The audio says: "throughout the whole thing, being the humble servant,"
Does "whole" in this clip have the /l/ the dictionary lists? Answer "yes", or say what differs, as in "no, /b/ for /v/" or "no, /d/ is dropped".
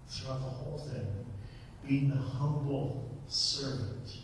yes